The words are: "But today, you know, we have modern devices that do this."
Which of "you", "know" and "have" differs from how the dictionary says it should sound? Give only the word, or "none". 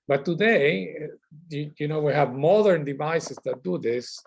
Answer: none